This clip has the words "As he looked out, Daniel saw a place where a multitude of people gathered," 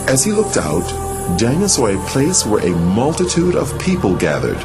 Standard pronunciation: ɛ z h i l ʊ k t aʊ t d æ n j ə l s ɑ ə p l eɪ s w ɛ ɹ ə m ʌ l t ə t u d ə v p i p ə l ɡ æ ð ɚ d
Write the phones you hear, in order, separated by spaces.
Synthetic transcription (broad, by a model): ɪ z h i l ʊ k t aʊ t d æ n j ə s ɑ ə p l eɪ s w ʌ ɹ ə m ʌ l t ə t u d ə v p i p ə l ɡ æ ð ɚ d